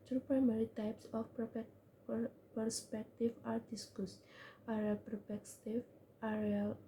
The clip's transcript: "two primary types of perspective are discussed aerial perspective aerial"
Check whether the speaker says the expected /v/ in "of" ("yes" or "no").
no